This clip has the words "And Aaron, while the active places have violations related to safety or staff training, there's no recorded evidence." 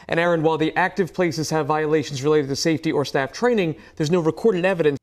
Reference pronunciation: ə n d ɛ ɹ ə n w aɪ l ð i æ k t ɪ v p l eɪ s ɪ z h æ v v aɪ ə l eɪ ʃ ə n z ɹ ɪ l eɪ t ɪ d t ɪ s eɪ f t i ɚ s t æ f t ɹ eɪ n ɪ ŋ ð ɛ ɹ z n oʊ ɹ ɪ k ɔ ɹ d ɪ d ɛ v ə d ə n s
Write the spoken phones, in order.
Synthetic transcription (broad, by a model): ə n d ɛ ɹ ə n w aɪ l ð i æ k t ɪ v p l eɪ s ɪ z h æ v v aɪ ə l eɪ ʃ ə n z ɹ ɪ l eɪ t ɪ t ɪ s eɪ f t i ɚ s t æ f t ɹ eɪ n ɪ ŋ ð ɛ ɹ z n oʊ ɹ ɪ k ɔ ɹ d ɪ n ɛ v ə d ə n